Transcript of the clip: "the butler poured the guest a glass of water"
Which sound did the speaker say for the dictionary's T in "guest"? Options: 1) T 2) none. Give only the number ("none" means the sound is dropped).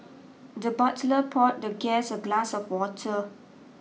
2